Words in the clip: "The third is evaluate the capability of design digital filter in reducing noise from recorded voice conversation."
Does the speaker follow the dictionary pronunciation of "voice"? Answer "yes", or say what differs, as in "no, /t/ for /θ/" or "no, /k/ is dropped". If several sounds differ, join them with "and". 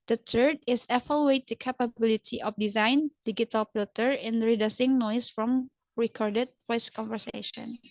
no, /p/ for /v/